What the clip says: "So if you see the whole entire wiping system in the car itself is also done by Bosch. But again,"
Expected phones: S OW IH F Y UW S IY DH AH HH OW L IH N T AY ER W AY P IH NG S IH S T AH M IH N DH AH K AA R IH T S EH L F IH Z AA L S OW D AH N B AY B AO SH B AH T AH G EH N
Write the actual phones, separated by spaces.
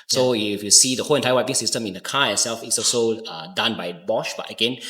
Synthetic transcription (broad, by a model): S OW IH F Y UW S IY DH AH HH OW L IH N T AY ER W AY IH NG S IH S T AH M IH N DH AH K AA IH T S EH L F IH S AA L S OW D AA N B AY B AO SH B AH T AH G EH N